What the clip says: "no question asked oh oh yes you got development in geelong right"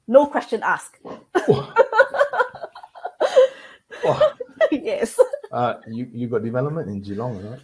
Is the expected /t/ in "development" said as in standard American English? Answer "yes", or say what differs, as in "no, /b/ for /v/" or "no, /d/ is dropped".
yes